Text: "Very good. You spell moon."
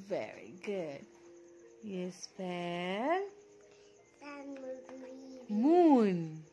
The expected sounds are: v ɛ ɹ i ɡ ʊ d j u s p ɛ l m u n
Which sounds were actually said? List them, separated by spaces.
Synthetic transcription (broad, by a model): v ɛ ɹ i ɡ ʊ d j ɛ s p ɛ n m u n